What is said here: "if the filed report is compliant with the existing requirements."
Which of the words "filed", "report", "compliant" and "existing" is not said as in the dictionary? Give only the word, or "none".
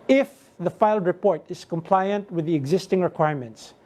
none